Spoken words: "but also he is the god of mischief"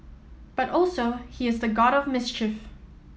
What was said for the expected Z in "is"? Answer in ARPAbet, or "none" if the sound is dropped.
Z